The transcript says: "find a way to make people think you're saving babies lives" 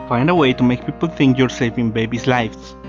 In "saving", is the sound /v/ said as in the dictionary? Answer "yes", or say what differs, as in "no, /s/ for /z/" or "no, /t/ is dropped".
no, /f/ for /v/